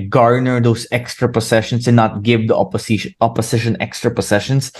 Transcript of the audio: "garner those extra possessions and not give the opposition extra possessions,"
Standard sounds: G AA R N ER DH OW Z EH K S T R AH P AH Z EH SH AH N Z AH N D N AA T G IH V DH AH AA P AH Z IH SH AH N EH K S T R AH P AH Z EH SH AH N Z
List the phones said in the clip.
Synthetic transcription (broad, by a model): G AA R N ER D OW S EH K S T R AH P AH S EH SH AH N S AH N N AA T G IH V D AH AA P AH S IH SH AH N EH K S T R AH P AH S EH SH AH N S